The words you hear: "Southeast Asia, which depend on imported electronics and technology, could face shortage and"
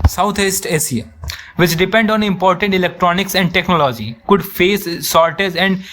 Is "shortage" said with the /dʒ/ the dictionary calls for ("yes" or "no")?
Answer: no